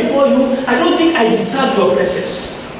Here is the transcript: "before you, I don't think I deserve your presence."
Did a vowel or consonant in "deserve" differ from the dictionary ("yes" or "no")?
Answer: yes